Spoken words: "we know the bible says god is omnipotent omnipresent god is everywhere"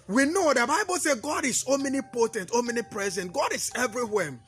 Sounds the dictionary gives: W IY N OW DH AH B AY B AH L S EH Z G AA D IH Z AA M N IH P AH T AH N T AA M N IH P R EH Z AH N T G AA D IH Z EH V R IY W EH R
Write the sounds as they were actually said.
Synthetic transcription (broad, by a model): W IY N OW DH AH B AY B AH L S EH G AA D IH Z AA M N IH P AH T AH N T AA M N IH P R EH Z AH N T G AA D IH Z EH V R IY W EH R